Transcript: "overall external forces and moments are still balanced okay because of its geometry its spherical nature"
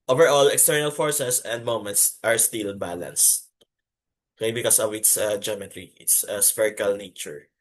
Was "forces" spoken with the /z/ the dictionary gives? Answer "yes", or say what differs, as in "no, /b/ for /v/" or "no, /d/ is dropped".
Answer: no, /s/ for /z/